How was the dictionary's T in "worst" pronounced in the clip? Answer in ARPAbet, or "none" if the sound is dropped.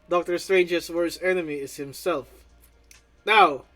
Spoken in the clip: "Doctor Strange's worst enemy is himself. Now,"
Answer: none